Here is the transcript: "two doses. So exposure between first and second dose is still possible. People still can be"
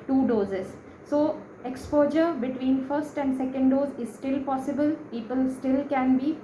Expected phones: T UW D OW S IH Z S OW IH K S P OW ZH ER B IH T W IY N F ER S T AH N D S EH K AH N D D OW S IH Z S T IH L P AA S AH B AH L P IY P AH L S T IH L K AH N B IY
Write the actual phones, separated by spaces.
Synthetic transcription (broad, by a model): T UW D OW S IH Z S OW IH K S P OW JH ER B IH T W IY N F ER S T AH N D S EH K AH N D D OW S IH Z S T IH L P AA S AH B AH L P IY P AH L S T IH L K AH N B IY